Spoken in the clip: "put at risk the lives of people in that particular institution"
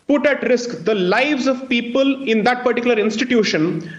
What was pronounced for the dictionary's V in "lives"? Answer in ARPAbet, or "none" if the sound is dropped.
V